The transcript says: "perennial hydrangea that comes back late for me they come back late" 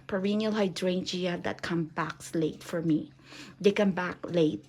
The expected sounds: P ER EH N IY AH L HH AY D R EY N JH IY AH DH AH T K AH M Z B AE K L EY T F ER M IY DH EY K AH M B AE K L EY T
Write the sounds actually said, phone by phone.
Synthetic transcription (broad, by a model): P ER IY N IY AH L HH AY D R EY N JH IY AH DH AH T K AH M B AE K L EY T F ER M IY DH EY K AH M B AE K L EY T